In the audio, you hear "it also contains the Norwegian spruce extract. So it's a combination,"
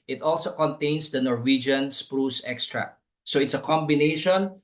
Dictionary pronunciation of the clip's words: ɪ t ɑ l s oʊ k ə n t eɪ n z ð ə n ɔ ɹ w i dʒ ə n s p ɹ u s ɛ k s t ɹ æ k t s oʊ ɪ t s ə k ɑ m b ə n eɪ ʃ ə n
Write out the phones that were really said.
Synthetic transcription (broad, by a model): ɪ t ɑ l s oʊ k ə n t eɪ n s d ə n ɔ ɹ w i dʒ ə n s p ɹ u s ɛ k s t ɹ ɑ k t s oʊ ɪ t s ə k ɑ m b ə n eɪ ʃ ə n